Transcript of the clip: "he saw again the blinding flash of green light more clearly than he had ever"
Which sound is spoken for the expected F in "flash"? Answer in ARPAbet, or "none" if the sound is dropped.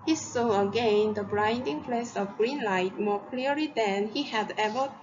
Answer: P